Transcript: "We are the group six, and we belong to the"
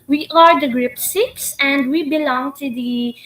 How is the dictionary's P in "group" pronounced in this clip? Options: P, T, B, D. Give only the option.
P